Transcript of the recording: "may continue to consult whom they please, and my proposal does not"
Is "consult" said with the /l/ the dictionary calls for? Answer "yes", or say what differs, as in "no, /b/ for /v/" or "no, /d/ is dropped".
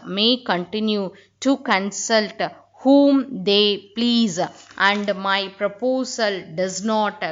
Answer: yes